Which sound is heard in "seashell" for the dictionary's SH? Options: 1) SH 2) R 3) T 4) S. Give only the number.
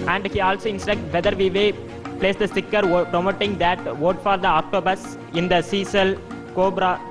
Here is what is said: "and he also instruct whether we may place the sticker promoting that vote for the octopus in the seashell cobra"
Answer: 4